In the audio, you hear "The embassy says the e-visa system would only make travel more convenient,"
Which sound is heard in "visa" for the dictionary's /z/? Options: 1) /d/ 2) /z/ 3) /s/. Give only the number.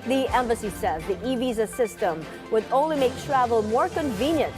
2